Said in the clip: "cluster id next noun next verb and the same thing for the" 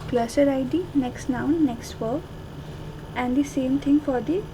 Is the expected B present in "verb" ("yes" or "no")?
no